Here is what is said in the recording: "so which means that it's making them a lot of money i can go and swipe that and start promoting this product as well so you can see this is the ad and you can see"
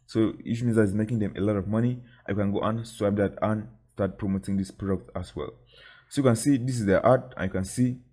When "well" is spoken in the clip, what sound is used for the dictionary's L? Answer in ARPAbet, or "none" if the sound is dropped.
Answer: L